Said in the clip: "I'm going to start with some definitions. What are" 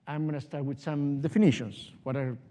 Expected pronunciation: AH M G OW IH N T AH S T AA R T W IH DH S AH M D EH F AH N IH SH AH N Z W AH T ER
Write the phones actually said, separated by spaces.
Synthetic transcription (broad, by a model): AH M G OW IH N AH S T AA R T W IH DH S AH M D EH F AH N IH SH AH N S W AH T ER